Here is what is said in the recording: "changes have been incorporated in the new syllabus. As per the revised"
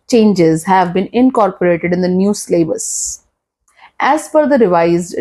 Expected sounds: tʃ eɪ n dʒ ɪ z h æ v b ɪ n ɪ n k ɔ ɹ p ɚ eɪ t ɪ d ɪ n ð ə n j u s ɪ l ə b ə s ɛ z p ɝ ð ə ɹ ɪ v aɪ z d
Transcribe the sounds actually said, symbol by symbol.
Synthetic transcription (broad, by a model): tʃ eɪ n dʒ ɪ z h æ v b ɪ n ɪ n k ɔ ɹ p ɚ eɪ t ɪ d ɪ n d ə n j u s l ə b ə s ɛ z f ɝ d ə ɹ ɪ v aɪ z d